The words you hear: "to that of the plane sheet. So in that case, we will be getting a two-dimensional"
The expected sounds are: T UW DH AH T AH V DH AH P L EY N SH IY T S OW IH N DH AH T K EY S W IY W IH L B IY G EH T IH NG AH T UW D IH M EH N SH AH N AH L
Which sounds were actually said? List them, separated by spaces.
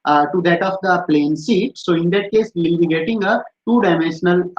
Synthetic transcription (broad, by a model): T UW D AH T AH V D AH P L EY N S IY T S OW IH N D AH T K EY S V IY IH L B IY G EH T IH NG AH T UW D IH M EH N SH AH N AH L